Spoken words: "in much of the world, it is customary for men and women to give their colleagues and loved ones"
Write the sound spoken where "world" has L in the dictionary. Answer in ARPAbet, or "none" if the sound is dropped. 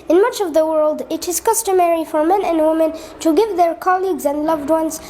L